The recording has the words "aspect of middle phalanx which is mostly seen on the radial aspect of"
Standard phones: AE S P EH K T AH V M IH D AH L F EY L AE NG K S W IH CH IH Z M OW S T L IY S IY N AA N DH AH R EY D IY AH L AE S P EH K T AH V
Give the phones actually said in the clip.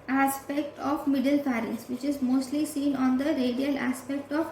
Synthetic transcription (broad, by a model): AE S P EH K T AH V M IH D AH L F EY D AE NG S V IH CH IH Z M OW S T L IY S IY N AA N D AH R EY D IY AH L AE S P EH K T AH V